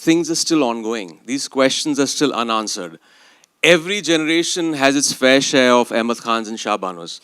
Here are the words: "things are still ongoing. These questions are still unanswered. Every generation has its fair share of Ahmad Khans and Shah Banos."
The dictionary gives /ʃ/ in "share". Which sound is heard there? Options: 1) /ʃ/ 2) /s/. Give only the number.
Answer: 1